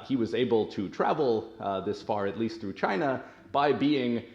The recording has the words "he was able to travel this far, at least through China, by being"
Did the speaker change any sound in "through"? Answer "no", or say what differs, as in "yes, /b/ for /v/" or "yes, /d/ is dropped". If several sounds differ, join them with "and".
no